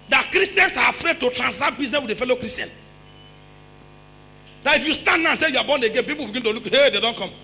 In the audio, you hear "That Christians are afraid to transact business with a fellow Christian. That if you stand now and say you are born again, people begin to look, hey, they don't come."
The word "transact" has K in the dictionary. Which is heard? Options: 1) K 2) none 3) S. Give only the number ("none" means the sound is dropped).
2